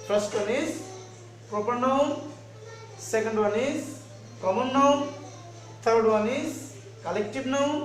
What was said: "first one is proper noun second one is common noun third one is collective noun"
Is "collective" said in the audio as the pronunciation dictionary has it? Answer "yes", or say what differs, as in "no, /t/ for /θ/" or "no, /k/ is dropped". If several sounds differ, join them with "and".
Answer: no, /b/ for /v/